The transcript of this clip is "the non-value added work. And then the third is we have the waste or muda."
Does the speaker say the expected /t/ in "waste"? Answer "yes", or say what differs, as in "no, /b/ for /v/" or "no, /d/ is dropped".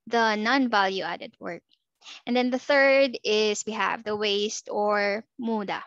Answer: yes